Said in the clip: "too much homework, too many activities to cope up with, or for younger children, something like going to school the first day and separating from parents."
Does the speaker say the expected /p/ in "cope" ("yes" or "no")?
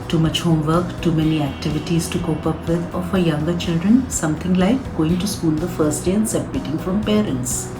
yes